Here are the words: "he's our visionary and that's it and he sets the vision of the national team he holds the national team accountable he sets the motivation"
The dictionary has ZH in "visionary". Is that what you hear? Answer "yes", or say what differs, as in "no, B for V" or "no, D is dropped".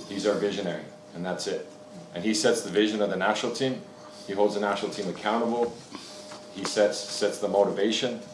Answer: yes